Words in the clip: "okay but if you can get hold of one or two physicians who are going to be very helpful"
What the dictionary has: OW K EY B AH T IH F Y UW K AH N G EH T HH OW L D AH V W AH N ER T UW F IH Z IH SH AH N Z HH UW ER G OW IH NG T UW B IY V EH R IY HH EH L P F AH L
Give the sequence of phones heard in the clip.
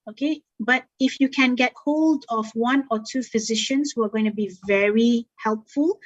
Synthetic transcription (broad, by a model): OW K EY B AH T IH F Y UW K AH N G EH T HH OW L D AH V W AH N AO T UW F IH Z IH SH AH N S HH UW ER G OW IH NG T UW B IY V EH R IY HH EH L P F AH L